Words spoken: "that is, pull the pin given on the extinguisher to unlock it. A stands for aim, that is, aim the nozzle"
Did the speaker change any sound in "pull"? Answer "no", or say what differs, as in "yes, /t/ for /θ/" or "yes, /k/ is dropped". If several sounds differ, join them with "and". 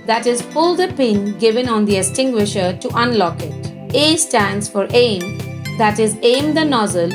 yes, /f/ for /p/